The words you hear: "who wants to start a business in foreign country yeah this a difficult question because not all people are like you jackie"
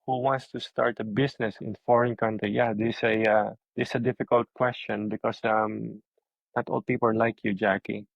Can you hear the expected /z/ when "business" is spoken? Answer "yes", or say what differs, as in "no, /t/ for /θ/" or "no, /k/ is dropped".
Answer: no, /s/ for /z/